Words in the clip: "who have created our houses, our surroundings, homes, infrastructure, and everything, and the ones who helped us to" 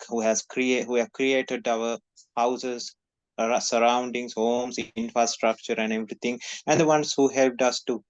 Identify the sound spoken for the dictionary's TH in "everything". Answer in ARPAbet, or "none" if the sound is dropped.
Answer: T